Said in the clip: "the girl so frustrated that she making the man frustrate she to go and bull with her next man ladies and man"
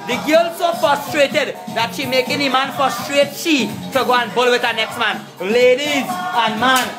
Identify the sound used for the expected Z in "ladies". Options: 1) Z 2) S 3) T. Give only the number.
1